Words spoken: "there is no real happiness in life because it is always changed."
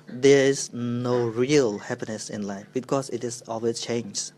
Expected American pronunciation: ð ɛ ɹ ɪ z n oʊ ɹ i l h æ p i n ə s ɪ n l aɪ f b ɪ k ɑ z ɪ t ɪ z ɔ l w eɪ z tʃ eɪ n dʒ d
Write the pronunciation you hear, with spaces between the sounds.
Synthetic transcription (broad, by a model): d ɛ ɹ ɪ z n oʊ ɹ i l h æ p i n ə s ɪ n l aɪ f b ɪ k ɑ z ɪ t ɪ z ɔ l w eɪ tʃ eɪ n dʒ